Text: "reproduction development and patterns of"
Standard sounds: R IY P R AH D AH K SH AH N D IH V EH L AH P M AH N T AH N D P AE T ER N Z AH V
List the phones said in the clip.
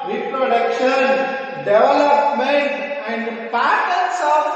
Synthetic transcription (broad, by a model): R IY P R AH D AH K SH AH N D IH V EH L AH P M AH N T AH N D P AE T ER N S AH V